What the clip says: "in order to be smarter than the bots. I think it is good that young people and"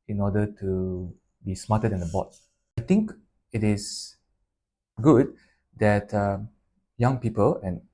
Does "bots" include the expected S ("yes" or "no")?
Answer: no